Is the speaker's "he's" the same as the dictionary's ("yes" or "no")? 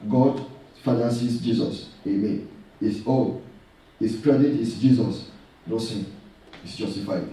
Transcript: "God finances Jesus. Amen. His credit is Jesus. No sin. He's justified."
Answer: no